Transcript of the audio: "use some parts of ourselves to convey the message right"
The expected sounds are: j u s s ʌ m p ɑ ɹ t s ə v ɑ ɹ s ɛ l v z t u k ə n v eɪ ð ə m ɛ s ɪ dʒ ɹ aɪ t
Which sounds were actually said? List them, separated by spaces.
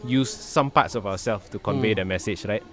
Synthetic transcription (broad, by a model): j u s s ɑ m p ɑ t s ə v ɑ w s ɛ l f t u k ə n v eɪ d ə m ɛ s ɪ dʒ ɹ aɪ t